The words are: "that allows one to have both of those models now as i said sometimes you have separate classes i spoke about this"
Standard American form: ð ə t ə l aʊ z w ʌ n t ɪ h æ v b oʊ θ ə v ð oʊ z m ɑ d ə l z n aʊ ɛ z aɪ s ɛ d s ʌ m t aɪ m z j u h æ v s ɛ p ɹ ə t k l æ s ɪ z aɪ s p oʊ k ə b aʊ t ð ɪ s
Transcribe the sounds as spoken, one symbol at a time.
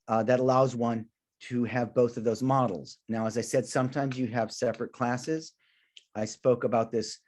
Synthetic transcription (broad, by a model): ð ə t ə l aʊ z w ʌ n t ɪ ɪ v b oʊ θ ə v ð oʊ z m ɑ d l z n aʊ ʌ z aɪ s ɛ d s ʌ m t aɪ m z j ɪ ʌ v s ɛ p ɹ ə t k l æ s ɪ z aɪ s p oʊ k ə b aʊ t ð ɪ s